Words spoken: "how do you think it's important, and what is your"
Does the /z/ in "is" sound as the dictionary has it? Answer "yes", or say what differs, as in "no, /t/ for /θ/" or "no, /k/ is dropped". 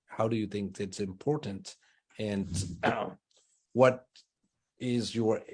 yes